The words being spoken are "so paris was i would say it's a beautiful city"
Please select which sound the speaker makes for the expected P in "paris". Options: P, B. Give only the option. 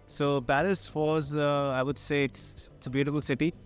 B